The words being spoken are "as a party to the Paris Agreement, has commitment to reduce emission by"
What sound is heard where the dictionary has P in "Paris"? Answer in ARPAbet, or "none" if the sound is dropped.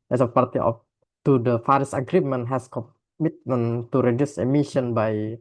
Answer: F